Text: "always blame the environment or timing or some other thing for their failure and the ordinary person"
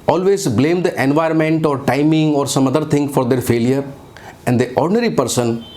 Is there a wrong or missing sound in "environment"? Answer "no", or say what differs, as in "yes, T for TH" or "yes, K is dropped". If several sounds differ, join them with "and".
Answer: no